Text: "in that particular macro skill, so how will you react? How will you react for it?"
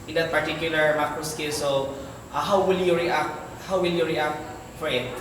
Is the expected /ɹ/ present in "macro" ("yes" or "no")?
no